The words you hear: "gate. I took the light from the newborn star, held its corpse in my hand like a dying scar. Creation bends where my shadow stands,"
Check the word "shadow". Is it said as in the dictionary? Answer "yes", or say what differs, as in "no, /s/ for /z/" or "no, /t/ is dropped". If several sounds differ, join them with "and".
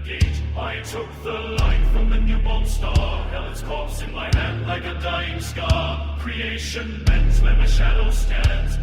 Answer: yes